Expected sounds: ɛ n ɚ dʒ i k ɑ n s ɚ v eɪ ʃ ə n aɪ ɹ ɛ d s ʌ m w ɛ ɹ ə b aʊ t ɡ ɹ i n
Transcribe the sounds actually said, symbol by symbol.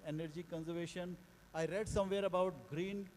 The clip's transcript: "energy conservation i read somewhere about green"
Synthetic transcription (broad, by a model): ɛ n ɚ dʒ i k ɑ n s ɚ v eɪ ʃ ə n aɪ ɹ ɛ d s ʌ m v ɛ ɹ ə b aʊ t ɡ ɹ i n